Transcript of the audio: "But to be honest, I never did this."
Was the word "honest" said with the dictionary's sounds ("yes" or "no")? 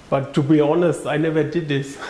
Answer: yes